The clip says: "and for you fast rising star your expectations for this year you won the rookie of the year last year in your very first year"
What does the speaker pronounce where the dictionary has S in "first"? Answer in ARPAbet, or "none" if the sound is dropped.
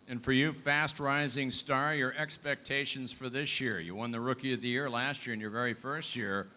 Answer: S